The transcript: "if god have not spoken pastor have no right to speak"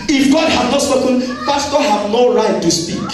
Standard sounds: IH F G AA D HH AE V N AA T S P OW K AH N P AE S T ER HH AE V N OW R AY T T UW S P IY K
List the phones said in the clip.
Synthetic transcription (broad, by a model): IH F G AA D HH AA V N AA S OW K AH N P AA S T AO HH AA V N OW R AY T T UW S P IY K